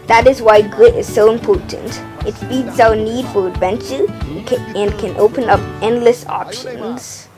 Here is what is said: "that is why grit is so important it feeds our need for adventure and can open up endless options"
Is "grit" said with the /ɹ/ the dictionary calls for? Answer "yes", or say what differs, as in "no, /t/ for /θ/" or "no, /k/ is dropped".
yes